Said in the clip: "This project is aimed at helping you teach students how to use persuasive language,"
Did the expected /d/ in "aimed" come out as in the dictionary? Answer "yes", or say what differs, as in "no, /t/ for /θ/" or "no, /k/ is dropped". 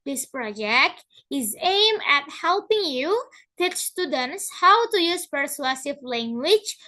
no, /d/ is dropped